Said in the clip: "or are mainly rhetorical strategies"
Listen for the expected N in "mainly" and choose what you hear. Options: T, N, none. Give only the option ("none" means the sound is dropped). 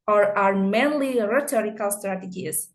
N